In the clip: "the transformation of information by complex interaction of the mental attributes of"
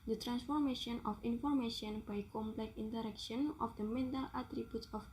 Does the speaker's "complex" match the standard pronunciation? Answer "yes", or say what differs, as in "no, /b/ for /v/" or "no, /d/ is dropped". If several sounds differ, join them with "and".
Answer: no, /s/ is dropped